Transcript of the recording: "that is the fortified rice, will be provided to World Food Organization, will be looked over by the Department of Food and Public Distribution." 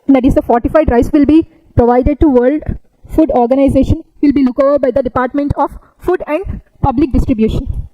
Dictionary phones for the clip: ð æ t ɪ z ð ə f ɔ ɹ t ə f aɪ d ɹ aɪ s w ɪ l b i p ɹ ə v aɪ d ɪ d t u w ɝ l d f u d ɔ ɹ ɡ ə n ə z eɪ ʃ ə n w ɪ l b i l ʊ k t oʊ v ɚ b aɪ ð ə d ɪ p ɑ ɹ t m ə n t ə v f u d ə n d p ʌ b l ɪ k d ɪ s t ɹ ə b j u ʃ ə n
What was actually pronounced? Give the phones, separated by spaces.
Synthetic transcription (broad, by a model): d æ t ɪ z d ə f ɔ ɹ t ə f aɪ d ɹ aɪ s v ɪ l b i p ɹ ə v aɪ d ɪ d t u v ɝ l d f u d ɔ ɹ ɡ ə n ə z eɪ ʃ ə n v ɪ l b i l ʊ k oʊ v ɚ b aɪ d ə d ɪ p ɑ ɹ t m ə n t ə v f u d ə n d p ʌ b l ɪ k d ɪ s t ɹ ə b j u ʃ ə n